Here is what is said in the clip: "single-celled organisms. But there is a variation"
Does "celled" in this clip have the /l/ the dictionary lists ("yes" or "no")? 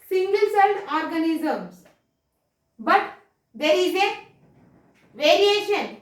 no